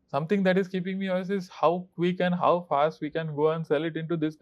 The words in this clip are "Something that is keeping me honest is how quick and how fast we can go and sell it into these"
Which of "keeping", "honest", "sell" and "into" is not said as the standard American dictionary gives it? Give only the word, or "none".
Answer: honest